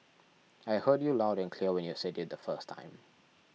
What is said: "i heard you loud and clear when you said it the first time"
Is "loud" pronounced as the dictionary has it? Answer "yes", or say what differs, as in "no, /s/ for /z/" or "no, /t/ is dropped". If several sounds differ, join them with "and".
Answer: yes